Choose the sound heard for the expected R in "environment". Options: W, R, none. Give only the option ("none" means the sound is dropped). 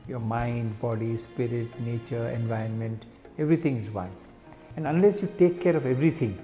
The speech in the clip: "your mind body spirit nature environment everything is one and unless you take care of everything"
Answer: none